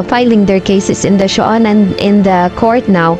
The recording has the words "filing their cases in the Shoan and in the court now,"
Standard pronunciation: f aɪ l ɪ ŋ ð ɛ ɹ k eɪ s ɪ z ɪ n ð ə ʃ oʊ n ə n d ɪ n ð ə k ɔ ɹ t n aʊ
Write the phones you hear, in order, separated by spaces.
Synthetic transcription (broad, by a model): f aɪ l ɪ ŋ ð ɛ ɹ k eɪ s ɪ s ɪ n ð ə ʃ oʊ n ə n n ɪ n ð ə k ɔ ɹ t n aʊ